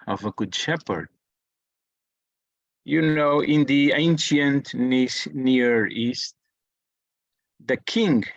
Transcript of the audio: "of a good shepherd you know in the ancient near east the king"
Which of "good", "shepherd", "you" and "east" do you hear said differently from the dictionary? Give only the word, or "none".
none